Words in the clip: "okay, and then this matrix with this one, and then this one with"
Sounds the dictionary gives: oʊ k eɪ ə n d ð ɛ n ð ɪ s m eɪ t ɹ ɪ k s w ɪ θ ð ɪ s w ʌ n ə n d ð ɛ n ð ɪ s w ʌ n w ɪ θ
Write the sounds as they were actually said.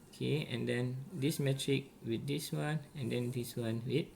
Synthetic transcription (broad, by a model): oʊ k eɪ ə n d ɛ n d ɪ s m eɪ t ɹ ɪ k w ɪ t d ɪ s w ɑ n ə n d ɛ n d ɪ s w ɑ n w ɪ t